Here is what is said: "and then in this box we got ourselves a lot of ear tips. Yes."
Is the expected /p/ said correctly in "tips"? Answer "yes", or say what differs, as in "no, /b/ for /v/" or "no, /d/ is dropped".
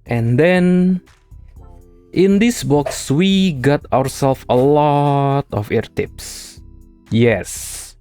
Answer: yes